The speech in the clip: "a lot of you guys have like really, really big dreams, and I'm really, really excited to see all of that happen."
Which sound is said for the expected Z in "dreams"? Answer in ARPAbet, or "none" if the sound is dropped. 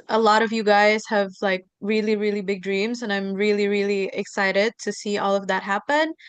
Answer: Z